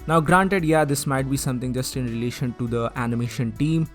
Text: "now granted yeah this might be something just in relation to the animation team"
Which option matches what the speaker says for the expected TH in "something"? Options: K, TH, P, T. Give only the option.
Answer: T